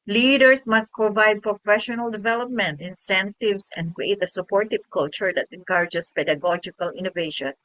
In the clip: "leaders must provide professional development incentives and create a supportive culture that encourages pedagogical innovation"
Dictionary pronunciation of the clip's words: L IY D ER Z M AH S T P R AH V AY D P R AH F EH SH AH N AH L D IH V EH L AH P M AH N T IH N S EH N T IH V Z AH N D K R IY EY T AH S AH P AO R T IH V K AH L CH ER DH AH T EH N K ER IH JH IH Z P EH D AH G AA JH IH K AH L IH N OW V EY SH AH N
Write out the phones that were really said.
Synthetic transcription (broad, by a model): L IY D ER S M AH S T P R AH V AY D P R AH F EH SH AH N AH L D IH V EH L AH P M AH N T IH N S EH N T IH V S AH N D K R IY EY T AH S AH P AO R T IH V K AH L CH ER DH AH T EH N K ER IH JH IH S P EH D AH G AA JH IH K AH L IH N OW V EY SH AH N